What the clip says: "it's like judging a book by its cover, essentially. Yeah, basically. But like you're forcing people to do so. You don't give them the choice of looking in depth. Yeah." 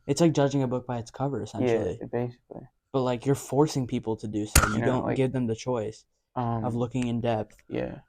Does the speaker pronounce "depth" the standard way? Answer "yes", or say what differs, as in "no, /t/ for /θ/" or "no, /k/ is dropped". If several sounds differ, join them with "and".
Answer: yes